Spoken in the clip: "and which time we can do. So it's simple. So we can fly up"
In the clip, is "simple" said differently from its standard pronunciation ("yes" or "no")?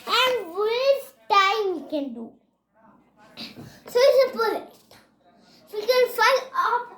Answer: yes